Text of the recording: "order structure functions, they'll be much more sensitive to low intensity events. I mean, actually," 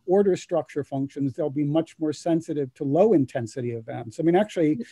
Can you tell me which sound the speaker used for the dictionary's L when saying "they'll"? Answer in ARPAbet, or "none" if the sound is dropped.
L